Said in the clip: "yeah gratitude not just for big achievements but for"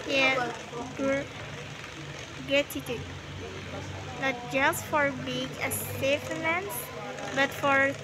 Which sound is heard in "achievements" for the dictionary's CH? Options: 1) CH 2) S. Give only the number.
2